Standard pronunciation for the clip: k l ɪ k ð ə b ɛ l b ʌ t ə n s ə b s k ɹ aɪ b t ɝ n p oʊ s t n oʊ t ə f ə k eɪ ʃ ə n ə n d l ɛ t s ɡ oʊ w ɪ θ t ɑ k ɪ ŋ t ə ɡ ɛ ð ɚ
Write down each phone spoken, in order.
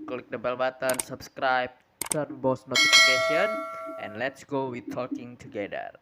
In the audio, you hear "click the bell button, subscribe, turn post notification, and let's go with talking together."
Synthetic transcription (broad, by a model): k l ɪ k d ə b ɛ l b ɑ t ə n s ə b s k ɹ aɪ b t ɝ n b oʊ s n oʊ t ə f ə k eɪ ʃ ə n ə n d l ɛ t s ɡ oʊ w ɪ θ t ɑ k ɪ ŋ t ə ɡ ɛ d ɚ